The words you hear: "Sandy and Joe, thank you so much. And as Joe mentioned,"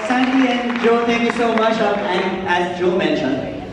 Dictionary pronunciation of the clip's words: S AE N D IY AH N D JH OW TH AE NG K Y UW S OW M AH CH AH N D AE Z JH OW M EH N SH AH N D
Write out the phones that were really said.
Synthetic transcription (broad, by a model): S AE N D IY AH N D JH OW T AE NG K Y UW S OW M AH CH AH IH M AE Z JH OW M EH N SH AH N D